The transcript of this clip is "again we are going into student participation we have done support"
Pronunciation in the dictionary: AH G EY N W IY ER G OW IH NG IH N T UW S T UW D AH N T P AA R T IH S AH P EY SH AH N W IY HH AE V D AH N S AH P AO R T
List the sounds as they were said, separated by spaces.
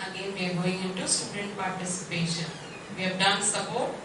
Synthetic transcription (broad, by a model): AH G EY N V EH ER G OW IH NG IH N T UW S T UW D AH N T P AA R T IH S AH P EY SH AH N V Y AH B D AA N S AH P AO